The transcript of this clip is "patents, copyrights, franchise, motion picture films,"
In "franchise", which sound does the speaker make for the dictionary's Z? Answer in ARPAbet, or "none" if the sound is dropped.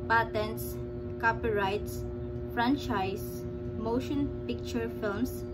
S